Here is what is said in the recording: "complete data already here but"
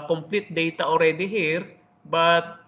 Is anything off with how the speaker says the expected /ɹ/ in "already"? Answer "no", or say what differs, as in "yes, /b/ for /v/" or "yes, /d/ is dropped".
no